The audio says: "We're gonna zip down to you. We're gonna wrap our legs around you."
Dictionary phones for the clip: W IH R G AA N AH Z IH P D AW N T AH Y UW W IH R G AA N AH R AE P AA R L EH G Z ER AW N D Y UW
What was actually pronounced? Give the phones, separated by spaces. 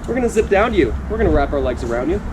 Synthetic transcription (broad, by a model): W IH R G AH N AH Z IH P D AW N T Y UW W IH R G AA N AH R AE P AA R L EH G Z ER AW N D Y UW